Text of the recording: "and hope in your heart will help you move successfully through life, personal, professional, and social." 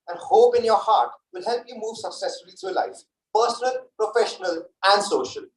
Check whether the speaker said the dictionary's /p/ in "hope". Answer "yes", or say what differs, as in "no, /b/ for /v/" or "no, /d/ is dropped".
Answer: yes